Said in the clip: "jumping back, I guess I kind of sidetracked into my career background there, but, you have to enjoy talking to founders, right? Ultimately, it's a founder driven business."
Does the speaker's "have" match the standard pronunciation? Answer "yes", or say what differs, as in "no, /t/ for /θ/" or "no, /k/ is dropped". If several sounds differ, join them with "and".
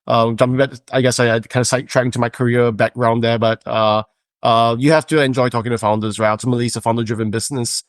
no, /f/ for /v/